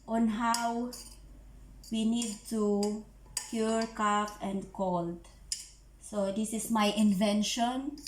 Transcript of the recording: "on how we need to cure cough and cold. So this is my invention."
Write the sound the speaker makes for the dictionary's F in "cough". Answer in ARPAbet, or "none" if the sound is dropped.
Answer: P